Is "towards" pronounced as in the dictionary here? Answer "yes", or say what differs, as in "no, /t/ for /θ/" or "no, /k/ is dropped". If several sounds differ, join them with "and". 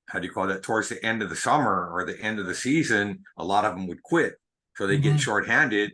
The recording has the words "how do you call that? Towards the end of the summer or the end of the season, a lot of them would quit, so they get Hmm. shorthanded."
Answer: yes